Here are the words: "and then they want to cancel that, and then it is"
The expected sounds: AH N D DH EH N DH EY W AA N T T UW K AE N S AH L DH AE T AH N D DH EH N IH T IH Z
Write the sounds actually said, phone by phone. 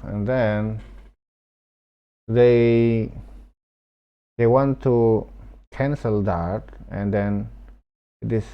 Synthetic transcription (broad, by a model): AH N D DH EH N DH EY W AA N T T UW K AE N S AH L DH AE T AH N D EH N IH T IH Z